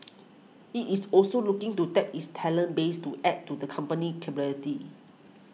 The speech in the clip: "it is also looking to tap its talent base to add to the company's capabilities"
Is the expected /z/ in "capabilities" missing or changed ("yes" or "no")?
yes